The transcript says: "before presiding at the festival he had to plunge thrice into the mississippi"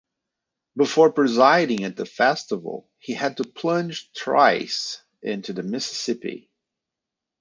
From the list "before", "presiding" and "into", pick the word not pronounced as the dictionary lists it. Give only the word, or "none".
none